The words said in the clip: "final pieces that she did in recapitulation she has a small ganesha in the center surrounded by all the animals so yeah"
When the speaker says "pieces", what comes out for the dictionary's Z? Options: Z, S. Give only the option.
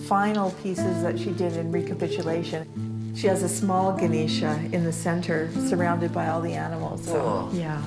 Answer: Z